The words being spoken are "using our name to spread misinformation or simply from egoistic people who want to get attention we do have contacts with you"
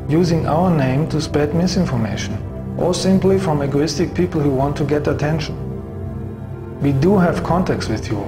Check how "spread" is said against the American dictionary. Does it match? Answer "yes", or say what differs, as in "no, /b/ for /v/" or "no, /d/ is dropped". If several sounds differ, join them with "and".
no, /ɹ/ is dropped